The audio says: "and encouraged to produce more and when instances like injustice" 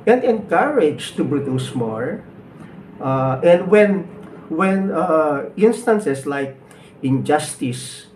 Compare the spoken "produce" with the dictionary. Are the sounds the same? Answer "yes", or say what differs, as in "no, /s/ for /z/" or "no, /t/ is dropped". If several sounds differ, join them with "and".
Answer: no, /b/ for /p/